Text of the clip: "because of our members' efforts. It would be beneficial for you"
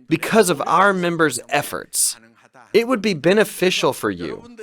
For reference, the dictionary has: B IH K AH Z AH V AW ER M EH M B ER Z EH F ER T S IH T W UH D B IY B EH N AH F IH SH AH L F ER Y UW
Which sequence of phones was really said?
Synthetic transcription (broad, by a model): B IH K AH Z AH V AW ER M EH M B ER Z EH F ER T S IH T W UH D B IY B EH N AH F IH SH L F ER Y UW